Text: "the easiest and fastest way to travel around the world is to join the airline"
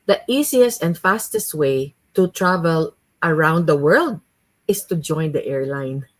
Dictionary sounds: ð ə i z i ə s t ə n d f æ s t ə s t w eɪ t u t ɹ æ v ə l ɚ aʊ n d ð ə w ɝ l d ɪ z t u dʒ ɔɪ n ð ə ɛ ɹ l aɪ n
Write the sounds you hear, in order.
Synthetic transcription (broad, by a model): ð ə i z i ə s t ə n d f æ s t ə s t w eɪ t u t ɹ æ v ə l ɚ aʊ n d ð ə w ɝ l d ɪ s t u dʒ ɔɪ n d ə ɛ ɹ l aɪ n